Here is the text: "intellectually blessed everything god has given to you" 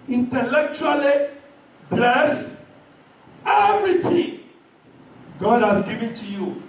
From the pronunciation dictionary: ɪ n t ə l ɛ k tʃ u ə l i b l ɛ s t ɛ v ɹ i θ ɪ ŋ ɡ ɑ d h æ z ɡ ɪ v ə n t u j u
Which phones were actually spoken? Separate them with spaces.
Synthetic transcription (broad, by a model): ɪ n t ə l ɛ k tʃ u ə l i b l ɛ s ɛ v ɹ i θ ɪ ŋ ɡ ɑ d h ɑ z ɡ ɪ v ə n t u j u